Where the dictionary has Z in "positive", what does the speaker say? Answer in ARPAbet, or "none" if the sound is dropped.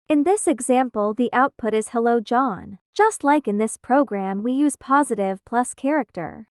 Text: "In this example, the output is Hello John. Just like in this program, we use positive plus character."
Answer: Z